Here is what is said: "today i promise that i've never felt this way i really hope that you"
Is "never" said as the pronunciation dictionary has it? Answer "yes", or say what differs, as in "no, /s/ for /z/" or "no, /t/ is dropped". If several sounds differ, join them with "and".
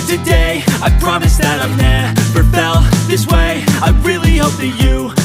no, /f/ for /v/